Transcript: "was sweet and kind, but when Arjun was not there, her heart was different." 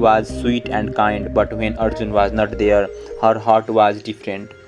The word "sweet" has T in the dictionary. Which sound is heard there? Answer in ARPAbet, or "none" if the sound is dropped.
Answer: T